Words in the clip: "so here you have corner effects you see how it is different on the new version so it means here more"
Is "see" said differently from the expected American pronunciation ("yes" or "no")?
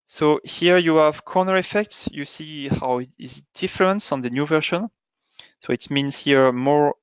no